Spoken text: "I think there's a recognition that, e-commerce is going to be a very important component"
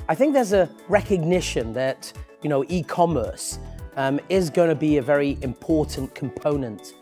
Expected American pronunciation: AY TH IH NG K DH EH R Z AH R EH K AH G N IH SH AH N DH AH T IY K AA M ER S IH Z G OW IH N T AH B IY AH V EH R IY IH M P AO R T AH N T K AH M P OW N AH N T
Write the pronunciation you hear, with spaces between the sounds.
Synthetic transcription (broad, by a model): AY TH IH NG K DH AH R Z AH R EH K AH G N IH SH AH N DH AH T IY K AA M ER S IH Z G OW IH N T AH B IY AH V EH R IY IH M P AO R T N K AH M P OW N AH N T